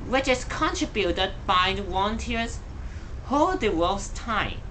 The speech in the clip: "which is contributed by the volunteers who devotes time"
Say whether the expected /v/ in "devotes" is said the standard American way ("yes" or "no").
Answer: no